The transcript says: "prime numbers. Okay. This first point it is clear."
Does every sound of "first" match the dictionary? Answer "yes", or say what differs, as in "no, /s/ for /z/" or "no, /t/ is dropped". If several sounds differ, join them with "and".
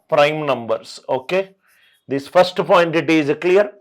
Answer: yes